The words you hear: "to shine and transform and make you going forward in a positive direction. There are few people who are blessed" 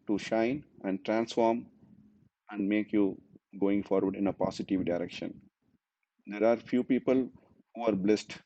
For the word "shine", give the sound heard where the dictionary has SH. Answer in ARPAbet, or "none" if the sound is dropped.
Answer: SH